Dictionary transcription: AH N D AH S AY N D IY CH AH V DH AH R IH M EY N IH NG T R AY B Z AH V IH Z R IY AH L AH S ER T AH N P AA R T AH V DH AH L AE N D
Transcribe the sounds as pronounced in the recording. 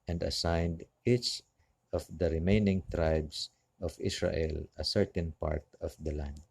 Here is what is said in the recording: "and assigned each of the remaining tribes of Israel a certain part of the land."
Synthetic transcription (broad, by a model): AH N D AH S AY N D IY CH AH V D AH R IH M EY N IH NG T R AY B S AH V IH S R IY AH L AH S ER T AH N P AA R T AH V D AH L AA N D